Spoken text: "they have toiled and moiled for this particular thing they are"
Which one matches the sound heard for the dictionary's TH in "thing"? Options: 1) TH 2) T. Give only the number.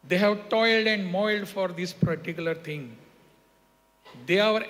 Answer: 2